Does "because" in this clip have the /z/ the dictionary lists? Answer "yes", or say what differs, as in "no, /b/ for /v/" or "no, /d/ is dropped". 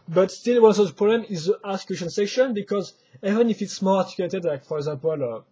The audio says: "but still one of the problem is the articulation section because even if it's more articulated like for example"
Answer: yes